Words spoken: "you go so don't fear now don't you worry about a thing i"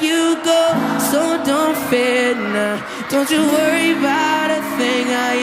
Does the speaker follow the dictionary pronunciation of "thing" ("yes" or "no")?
yes